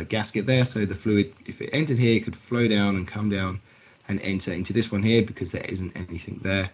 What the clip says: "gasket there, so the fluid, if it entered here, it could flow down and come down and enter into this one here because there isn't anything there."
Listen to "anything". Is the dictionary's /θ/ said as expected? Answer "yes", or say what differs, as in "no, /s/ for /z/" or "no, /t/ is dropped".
yes